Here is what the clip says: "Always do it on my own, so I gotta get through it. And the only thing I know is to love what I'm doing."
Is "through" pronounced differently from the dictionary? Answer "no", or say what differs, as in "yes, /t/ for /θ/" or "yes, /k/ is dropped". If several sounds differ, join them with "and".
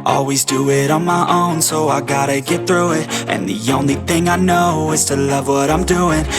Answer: no